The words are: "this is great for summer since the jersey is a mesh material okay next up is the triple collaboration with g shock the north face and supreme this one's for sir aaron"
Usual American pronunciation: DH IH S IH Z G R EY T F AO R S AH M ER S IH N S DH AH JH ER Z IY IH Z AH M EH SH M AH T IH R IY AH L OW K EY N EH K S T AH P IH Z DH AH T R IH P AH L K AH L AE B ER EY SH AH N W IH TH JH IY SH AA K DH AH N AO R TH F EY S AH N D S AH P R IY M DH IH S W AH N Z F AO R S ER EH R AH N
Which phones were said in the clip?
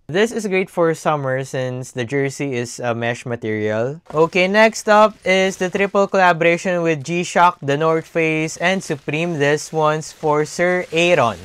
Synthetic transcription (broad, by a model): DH IH S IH S G R EY T F AO R S AH M ER S IH N S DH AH JH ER S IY IH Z AH M EH SH M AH T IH R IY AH L OW K EY N EH K S T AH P IH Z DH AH T R IH P AH L K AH L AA B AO EY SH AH N W IH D JH IY SH AA K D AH N AO R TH F EY S AH N D S AH P R IY M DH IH S W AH N S F AO R S ER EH R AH N